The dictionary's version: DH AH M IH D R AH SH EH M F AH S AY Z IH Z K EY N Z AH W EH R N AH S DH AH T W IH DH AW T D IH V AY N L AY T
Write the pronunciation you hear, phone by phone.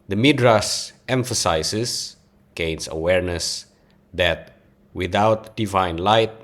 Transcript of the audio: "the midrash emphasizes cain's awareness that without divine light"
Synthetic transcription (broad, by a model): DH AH M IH D R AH S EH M F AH S AY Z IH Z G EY N S AH W EH R N AH S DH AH T W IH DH AW T D IH V AY N L AY T